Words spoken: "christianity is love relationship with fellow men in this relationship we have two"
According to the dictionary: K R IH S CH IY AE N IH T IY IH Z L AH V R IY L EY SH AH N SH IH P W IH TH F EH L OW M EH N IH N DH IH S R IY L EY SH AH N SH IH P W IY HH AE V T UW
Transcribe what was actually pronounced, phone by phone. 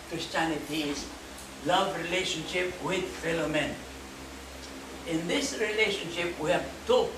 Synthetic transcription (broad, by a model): K R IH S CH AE N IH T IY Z L AH V R IY L EY SH AH N SH IH P W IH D F EH L OW M EH N IH N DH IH S R IY L EY SH AH N SH IH P W IY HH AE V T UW